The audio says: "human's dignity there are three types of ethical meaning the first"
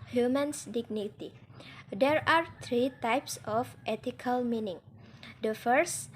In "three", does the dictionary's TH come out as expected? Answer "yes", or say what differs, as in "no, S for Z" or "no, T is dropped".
no, T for TH